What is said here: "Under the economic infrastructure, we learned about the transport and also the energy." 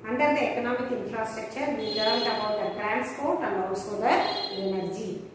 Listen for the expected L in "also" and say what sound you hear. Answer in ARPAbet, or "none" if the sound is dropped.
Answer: none